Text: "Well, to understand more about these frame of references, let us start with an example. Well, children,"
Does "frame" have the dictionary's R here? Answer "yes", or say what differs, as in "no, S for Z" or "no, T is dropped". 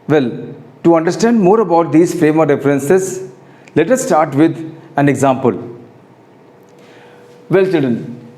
yes